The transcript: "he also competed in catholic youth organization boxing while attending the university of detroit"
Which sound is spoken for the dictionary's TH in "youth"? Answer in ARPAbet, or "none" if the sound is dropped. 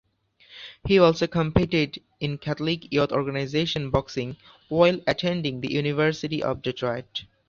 T